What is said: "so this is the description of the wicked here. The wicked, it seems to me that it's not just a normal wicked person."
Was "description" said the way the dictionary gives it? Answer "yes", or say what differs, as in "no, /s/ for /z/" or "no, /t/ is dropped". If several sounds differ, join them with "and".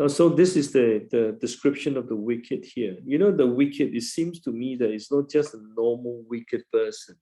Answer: yes